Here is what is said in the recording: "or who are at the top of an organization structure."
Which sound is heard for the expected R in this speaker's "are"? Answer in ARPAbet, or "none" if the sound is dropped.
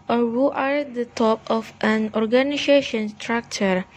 R